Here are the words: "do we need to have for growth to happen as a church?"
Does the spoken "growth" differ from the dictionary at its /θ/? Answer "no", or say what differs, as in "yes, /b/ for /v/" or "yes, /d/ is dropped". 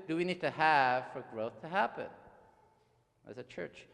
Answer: no